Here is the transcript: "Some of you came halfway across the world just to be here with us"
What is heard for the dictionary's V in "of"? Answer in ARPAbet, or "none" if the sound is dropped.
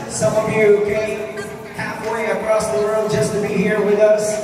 V